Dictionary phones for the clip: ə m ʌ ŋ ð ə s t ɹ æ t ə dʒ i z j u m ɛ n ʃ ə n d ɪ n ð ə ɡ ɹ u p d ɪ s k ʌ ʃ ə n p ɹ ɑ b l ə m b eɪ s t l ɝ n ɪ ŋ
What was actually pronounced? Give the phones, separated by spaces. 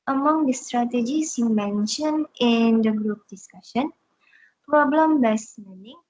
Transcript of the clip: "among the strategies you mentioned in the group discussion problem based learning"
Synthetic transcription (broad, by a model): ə m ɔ ŋ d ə s t ɹ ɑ t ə dʒ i s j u m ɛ n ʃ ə n ɪ n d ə ɡ ɹ u p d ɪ s k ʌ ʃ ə n p ɹ ɑ b l ə m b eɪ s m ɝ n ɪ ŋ